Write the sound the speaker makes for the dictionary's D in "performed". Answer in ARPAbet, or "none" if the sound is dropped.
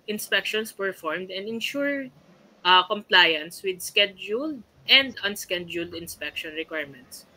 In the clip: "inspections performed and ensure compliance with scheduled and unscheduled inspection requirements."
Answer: D